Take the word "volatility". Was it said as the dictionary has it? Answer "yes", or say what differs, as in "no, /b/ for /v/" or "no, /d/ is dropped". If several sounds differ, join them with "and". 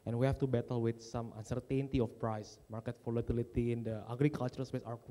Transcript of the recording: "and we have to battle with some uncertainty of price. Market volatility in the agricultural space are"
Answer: no, /f/ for /v/